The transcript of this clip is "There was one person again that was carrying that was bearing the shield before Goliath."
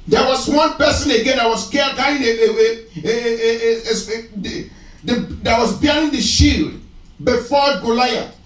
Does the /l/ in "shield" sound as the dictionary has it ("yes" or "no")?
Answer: yes